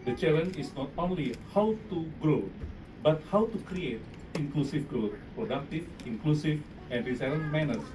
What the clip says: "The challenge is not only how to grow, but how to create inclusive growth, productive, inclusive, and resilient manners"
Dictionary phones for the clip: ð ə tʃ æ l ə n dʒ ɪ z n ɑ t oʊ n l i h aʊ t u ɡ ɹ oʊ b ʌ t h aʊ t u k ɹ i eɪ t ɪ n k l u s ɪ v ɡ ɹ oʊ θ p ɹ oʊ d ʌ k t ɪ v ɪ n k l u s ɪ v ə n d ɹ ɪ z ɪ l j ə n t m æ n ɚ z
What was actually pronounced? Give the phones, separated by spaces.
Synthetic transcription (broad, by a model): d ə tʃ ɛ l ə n ɪ s n ɑ t oʊ n l i h aʊ t u ɡ ɹ oʊ b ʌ t h aʊ t u k ɹ i eɪ t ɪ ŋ k l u s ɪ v ɡ ɹ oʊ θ p ɹ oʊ d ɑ k t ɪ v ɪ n k l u s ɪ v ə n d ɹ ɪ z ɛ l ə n m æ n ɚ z